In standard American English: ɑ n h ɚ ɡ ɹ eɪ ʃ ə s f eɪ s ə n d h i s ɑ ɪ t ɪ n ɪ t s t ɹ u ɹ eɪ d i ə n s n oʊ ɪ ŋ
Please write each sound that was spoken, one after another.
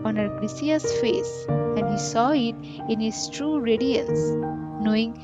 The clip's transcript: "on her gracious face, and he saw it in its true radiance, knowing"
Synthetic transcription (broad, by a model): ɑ n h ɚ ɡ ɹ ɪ s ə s f eɪ s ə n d h i s ɑ ɪ t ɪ n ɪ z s t ɹ u ɹ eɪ d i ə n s n oʊ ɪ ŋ